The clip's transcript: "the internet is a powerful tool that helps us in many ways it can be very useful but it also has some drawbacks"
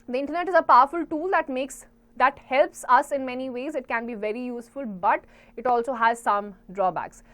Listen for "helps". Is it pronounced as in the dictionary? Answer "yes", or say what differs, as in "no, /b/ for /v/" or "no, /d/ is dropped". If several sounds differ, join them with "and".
yes